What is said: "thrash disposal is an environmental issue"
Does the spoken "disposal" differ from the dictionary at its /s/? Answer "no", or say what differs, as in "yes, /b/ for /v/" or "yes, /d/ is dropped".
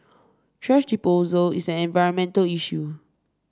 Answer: yes, /s/ is dropped